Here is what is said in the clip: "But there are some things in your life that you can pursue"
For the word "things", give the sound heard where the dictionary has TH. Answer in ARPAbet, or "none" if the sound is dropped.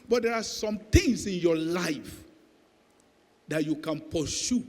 T